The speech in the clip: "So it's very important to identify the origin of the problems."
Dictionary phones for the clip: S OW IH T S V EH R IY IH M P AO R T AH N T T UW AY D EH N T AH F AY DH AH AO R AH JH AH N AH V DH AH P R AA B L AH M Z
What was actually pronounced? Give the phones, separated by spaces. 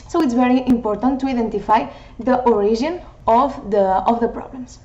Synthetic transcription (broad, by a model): S OW IH T S V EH R IY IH M P AO R T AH N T T UW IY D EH N T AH F AY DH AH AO R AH ZH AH N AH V DH AH P R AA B L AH M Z